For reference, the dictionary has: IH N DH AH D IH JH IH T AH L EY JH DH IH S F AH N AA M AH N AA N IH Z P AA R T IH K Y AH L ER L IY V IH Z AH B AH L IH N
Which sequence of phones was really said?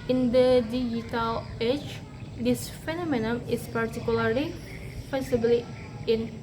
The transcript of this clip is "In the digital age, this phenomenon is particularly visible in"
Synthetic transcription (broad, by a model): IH N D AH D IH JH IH T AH L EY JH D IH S F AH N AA M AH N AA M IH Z P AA R T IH K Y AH L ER L IY F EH S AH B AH L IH N